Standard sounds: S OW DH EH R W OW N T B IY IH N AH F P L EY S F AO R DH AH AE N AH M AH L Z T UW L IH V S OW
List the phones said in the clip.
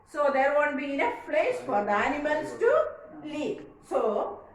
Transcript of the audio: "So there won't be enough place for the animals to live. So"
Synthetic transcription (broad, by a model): S OW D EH R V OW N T B IY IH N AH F F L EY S F AO R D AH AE N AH M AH L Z T UW L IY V S OW